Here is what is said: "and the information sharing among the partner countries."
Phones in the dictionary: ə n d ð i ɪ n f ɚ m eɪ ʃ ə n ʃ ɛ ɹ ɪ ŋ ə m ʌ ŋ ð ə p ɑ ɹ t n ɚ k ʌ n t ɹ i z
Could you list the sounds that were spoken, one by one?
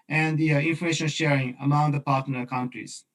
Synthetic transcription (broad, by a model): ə n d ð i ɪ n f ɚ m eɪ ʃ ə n ʃ ɛ ɹ ɪ ŋ ə m ʌ ŋ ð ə p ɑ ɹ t l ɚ k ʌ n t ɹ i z